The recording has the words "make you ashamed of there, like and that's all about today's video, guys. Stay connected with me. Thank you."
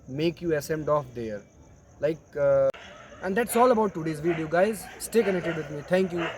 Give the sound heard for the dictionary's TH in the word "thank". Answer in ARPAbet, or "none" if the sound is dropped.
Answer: T